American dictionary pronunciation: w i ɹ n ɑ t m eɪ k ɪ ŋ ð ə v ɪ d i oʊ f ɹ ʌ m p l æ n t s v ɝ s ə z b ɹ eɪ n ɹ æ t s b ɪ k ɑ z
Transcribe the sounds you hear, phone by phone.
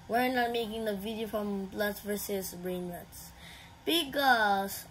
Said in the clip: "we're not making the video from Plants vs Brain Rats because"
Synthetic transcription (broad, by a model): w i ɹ n ɑ t m eɪ k ɪ ŋ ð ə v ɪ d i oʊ f ɹ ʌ m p l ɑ t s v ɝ s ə s b ɹ eɪ n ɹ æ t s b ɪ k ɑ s